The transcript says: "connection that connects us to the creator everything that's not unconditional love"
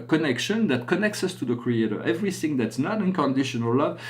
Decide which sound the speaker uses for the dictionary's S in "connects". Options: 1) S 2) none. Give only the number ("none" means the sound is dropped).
1